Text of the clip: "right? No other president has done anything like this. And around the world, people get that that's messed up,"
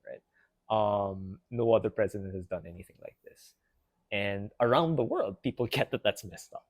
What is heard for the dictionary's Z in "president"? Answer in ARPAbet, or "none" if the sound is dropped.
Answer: Z